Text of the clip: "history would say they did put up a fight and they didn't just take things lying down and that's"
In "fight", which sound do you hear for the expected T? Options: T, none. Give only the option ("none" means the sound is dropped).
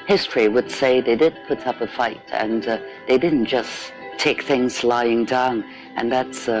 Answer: T